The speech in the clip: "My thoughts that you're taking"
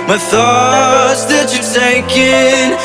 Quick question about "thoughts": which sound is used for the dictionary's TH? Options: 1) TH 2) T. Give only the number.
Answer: 1